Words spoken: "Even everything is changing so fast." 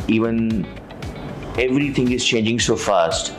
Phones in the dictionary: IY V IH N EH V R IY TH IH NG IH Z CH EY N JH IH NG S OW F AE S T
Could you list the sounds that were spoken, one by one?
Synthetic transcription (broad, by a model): IY V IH N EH V R IY T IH NG IH Z CH EY N JH IH NG S OW F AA S T